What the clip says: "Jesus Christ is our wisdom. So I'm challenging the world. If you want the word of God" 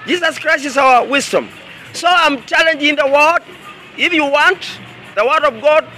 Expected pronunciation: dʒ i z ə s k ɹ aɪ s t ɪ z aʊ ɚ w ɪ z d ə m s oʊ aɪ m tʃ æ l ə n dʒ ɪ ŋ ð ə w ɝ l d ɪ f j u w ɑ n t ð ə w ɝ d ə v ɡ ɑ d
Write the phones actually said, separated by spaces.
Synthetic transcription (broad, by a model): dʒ i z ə s k ɹ aɪ s t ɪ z aʊ ɚ w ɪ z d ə m s oʊ aɪ m tʃ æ l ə n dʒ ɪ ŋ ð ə w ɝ d ɪ f j u w ɑ n t ð ə w ɝ d ə v ɡ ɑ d